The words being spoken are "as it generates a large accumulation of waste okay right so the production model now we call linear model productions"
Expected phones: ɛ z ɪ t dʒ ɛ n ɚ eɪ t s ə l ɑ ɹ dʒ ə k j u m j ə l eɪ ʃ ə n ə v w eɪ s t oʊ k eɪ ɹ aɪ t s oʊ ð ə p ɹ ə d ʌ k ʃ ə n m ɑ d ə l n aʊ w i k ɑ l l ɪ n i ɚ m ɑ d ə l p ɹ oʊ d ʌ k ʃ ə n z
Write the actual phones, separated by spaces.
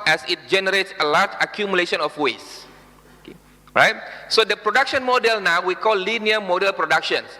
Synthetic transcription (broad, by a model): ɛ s ɪ t dʒ ɛ n ɚ eɪ t s ə l ɑ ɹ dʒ ə k j u m j ə l eɪ ʃ ə n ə f w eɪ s oʊ k eɪ ɹ aɪ t s oʊ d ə p ɹ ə d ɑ k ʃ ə n m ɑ d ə l n aʊ w i k ɑ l l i n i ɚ m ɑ d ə l p ɹ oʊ d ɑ k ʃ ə n